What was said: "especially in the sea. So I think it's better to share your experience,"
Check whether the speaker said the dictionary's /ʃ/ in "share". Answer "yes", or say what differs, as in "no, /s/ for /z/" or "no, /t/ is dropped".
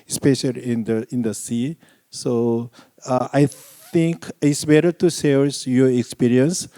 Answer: no, /s/ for /ʃ/